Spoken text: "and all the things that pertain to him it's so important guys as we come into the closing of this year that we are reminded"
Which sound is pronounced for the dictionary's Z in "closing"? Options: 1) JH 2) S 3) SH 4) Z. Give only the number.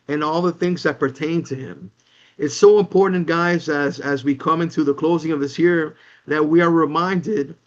4